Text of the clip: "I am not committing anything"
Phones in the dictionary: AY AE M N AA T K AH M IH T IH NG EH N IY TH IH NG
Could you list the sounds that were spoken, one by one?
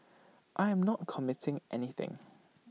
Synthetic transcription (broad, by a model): AY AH M N AA T K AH M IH T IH NG EH N IY TH IH NG